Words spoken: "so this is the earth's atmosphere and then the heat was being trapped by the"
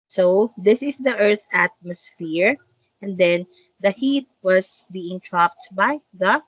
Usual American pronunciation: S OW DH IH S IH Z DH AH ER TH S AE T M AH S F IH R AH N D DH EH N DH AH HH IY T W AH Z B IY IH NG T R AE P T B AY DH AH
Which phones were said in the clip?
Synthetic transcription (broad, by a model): S OW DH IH S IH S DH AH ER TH AE T M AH S F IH R AH N D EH N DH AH HH IY T W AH S B IY IH NG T R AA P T B AY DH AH